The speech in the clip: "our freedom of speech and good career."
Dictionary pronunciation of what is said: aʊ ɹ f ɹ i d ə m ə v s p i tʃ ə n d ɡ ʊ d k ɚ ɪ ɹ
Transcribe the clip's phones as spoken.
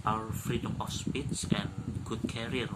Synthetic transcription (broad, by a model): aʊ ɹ f ɹ i d ə m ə f s p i s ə n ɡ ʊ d k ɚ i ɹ